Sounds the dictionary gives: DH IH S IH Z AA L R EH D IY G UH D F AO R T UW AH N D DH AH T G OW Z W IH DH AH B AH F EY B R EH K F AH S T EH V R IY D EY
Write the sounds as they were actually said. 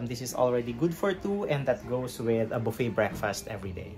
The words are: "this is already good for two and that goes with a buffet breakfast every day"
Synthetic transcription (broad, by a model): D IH S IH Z AA L R EH D IY G UH D F AO R T UW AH N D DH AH T G OW S W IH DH AH B AH F EY B R EH K F AH S T EH V R IY D EY